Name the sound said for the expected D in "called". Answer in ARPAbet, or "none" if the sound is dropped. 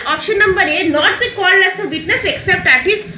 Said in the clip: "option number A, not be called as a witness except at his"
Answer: none